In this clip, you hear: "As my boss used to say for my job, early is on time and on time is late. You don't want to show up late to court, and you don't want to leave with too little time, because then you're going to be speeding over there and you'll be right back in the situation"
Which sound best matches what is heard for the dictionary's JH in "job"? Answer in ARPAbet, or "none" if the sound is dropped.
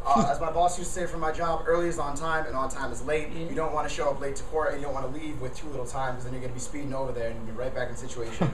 JH